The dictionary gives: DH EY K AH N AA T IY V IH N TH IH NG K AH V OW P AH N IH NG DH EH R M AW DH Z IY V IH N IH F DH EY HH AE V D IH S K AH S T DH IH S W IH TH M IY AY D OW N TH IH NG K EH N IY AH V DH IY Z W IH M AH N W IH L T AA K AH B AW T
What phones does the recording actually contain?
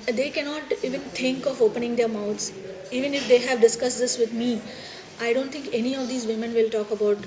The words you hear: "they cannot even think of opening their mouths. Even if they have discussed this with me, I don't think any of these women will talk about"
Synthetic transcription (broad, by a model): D EY K AH N AA T IY V IH N T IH NG K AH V OW P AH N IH NG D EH R M AW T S IY V IH N IH F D EY HH AE V D IH S K AH S T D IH S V IH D M IY AY D OW N T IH NG K EH N IY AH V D IY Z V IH M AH N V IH L T AA K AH B AW T